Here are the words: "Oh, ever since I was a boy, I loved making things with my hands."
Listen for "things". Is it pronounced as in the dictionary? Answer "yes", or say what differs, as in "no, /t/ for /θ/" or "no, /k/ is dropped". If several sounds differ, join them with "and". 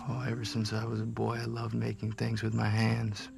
yes